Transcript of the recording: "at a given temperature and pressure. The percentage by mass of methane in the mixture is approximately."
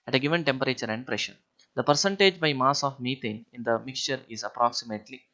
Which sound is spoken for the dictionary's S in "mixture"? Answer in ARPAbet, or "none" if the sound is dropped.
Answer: S